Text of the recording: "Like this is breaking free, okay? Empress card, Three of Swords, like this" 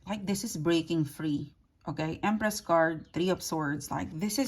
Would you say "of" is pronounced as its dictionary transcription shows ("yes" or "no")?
no